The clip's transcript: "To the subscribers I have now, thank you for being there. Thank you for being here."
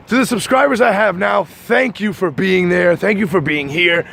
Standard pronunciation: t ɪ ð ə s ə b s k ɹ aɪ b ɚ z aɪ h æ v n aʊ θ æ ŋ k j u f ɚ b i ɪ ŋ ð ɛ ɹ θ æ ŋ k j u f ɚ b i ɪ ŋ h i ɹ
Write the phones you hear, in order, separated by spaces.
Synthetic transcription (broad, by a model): t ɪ ð ə s ə b s k ɹ aɪ b ɚ z aɪ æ v n aʊ θ æ ŋ k j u f ɚ b i ɪ ŋ ð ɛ ɹ θ æ ŋ k j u f ɚ b i ɪ ŋ h i ɹ